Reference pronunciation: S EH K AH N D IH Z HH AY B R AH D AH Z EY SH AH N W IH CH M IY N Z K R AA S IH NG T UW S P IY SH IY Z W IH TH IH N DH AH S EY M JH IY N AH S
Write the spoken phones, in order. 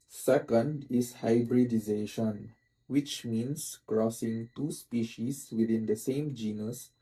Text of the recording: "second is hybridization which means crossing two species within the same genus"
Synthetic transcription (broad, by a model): S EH K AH N D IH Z HH AY B R AH D AH Z EY SH AH N W IH CH M IY N S K R AA S IH NG T UW S P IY SH IY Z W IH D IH N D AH S EY M JH IY N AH S